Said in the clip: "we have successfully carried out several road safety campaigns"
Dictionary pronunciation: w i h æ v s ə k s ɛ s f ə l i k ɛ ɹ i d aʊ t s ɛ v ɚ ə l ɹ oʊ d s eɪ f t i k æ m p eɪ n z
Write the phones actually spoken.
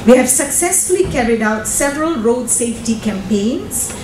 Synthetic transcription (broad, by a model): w i h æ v s ə k s ɛ s f ə l i k ɛ ɹ i d aʊ t s ɛ v ɚ ə l ɹ oʊ d s eɪ f t i k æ m p eɪ n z